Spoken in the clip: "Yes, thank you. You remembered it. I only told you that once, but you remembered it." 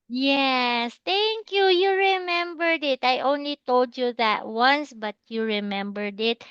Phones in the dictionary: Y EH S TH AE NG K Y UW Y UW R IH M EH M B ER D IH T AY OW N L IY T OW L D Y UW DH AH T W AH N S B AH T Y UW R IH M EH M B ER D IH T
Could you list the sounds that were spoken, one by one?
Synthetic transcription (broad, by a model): Y EH S T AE NG K Y UW Y UW R IH M EH M B ER D IH T AY OW N L IY T OW L D Y UW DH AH T W AH N S B AH T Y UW R IH M EH M B ER D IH T